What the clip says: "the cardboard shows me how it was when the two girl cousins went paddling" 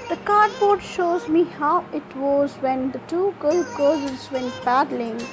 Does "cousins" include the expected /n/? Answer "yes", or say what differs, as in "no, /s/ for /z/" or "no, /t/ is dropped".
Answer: no, /n/ is dropped